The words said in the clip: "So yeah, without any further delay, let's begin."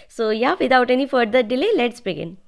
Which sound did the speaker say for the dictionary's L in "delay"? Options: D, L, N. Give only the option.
L